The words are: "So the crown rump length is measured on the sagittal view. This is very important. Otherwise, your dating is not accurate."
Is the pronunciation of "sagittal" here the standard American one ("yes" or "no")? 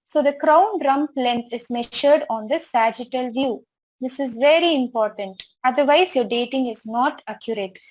yes